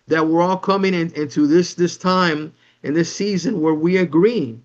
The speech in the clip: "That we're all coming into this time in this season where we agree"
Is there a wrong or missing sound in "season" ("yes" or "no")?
no